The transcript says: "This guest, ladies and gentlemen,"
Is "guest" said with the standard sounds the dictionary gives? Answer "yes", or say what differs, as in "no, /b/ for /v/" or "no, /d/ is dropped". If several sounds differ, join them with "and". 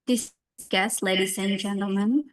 yes